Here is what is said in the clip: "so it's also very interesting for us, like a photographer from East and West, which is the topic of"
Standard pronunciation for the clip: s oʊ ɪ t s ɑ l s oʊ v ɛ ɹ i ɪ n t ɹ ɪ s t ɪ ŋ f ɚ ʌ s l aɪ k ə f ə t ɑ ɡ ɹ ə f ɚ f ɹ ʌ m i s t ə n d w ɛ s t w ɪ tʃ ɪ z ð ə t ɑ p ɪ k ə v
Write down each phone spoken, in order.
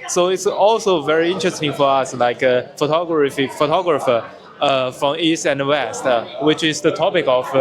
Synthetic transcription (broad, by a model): s oʊ ɪ t s ɑ l s oʊ v ɛ ɹ i ɪ n t ɹ ɪ s t ɪ ŋ f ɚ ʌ s l aɪ k ə f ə t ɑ ɡ ɹ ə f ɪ f ɹ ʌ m i s t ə n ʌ w ɛ s t w ɪ tʃ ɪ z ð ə t ɑ p ɪ k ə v